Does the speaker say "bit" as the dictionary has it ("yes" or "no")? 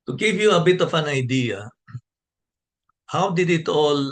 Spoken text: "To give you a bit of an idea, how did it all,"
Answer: yes